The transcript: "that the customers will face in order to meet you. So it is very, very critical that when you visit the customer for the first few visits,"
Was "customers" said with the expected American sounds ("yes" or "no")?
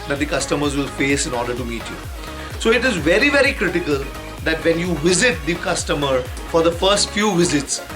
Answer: yes